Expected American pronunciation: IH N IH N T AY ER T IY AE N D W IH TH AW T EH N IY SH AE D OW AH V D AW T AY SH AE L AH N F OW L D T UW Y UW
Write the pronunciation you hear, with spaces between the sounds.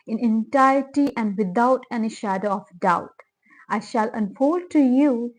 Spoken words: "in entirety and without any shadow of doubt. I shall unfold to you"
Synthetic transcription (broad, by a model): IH N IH N T AY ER T IY AE N D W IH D AW T EH N IY SH AE D OW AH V D AW T AY SH AE L AH N F OW L D T UW Y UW